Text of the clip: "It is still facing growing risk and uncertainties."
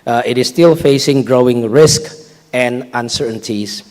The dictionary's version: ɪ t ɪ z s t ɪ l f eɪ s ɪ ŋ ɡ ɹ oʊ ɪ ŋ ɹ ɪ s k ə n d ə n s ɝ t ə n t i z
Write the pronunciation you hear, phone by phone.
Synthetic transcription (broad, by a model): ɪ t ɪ s t ɪ l f eɪ s ɪ ŋ ɡ ɹ oʊ ɪ ŋ ɹ ɪ s k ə n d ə n s ɝ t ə n t i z